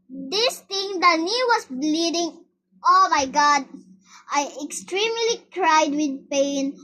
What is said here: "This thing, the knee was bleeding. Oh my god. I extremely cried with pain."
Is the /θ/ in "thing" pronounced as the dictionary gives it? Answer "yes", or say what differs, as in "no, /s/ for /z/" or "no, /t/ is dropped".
no, /t/ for /θ/